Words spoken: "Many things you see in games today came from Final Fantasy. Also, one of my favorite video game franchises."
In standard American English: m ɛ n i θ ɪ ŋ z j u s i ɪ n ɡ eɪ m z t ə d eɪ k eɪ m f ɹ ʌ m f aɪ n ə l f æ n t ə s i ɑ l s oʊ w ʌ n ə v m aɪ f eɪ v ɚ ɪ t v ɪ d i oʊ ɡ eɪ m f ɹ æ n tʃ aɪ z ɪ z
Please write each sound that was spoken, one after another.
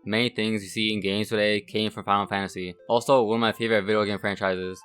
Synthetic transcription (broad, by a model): m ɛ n i θ ɪ ŋ z j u s i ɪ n ɡ eɪ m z t ə d eɪ k eɪ m f ɹ ʌ m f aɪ ə f æ n t ə s i ɑ l s oʊ w ʌ n ə v m aɪ f eɪ v ɚ ɪ t v ɪ d i oʊ ɡ eɪ m f ɹ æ n tʃ aɪ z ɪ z